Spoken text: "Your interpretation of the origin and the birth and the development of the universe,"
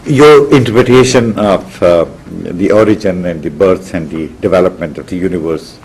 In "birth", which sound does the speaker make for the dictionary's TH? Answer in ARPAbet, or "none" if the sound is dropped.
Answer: S